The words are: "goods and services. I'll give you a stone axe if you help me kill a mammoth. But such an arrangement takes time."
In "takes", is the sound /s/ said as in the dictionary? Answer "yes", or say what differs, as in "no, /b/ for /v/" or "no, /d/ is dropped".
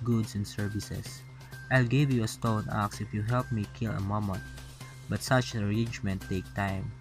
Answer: no, /s/ is dropped